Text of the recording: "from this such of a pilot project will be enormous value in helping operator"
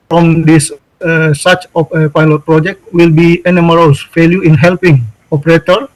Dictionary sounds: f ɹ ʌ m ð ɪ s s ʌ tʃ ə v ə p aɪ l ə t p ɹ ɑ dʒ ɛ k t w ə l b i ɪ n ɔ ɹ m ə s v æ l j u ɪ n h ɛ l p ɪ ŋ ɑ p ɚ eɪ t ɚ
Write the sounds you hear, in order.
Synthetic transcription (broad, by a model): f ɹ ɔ m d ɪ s s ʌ s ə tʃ ə p aɪ l ə t p ɹ ɑ dʒ ɛ k t w ə l b i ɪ n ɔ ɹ ə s f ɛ l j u ɪ n h ɛ l p ɪ ŋ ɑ p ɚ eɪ t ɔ